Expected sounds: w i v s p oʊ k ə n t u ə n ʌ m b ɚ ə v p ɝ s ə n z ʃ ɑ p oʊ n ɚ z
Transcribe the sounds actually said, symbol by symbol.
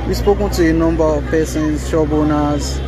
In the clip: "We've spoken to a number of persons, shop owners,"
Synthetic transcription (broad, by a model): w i s p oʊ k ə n t u ə n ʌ m b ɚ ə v p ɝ s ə n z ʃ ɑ b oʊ n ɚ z